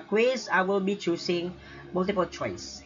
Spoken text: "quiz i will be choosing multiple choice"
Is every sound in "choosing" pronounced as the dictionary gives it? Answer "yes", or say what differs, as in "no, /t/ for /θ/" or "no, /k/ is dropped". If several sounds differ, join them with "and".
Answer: no, /s/ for /z/